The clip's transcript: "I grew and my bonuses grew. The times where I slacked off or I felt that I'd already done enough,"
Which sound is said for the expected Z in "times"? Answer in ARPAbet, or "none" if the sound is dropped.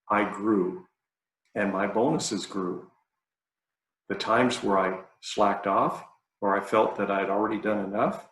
Z